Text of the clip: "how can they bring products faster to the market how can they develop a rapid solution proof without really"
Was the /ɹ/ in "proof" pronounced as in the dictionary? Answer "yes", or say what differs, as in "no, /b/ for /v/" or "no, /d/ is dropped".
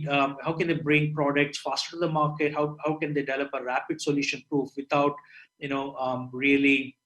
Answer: yes